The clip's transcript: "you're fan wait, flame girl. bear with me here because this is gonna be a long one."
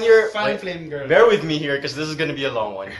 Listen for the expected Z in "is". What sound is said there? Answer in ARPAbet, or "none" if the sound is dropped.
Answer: Z